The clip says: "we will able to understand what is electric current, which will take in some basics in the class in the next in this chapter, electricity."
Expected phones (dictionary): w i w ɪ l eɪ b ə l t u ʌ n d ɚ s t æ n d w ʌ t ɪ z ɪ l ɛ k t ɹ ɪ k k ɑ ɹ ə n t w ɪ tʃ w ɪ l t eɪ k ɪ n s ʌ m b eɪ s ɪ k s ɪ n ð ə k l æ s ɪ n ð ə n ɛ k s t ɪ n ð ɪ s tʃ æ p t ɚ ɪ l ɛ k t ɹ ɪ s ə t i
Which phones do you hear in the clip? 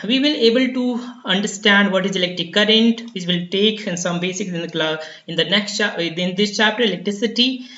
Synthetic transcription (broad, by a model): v i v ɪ l eɪ b ə l t u ʌ n d ɚ s t æ n d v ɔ t ɪ z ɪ l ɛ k t ɹ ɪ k k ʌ ɹ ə n t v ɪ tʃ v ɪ l t eɪ k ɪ n s ʌ m b eɪ s ɪ k s ɪ n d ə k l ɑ ɪ n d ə n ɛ k s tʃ ɪ n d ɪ s tʃ æ p t ɚ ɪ l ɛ k t ɹ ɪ s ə t i